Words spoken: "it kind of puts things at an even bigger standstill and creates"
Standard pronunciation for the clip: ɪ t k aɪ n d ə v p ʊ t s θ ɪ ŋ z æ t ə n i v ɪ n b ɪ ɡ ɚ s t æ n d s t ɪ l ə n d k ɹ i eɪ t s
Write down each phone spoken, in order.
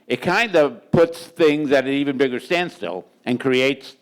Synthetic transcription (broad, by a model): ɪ t k aɪ n d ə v p ʊ t s θ ɪ ŋ z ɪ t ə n i v ɪ n b ɪ ɡ ɚ s t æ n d s t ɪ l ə n k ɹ i eɪ t s